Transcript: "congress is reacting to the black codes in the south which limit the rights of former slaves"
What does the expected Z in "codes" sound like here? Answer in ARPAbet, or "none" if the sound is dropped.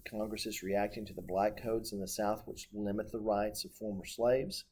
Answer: Z